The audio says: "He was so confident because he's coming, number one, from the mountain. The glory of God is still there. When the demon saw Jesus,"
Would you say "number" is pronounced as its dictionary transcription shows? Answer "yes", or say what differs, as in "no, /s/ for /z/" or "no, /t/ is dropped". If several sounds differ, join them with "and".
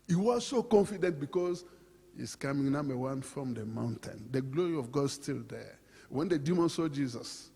no, /b/ is dropped